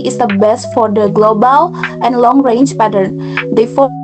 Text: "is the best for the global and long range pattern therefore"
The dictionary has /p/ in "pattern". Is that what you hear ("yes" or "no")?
yes